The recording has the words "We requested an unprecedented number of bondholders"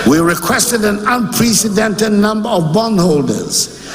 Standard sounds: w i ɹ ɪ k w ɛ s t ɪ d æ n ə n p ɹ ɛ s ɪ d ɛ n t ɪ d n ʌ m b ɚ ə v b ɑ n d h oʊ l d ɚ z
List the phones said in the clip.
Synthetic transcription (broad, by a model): w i ɹ ɪ k w ɛ s t ɪ d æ n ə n p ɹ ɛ s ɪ d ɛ n t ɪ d n ʌ m b ɚ ə v b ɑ n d h oʊ l d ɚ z